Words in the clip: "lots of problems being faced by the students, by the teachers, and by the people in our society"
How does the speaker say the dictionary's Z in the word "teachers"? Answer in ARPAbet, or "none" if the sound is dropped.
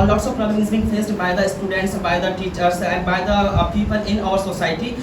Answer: S